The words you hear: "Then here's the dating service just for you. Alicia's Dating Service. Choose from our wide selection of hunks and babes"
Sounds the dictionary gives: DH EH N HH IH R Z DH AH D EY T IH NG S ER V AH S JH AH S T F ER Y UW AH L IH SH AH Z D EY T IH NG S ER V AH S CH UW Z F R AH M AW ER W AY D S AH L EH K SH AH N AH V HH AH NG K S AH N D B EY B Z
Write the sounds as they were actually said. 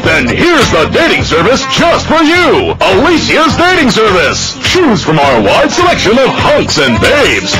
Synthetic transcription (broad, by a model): DH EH N HH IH R Z DH AH D EY T IH NG S ER V AH S JH AH S T F ER Y UW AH L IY S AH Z D EY T IH NG S ER V AH S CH UW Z F R AH M AW ER W AY D S AH L EH K SH AH N AH V HH AH NG K S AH N B EY B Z